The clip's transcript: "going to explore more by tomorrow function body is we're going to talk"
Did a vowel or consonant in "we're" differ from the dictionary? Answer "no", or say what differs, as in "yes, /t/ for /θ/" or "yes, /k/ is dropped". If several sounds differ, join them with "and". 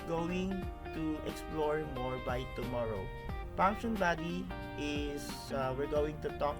no